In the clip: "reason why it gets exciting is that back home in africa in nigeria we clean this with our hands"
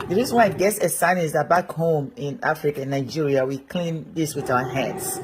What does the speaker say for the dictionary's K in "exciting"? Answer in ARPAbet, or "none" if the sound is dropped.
none